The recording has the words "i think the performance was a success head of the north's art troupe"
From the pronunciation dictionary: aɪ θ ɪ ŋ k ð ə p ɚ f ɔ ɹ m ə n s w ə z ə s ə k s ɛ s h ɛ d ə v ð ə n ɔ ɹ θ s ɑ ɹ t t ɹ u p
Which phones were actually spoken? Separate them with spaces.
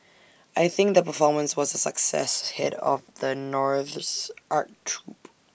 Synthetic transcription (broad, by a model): aɪ θ ɪ ŋ k ð ə p ɚ f ɔ ɹ m ə n s w ə z ə s ə k s ɛ s h ɛ d ə v ð ə n ɔ ɹ θ s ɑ ɹ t t ɹ u p